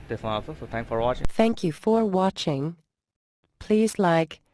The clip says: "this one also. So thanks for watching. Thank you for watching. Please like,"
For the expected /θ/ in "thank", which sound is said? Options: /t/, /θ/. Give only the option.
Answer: /θ/